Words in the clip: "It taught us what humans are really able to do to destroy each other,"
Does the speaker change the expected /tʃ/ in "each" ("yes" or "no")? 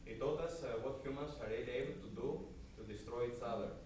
yes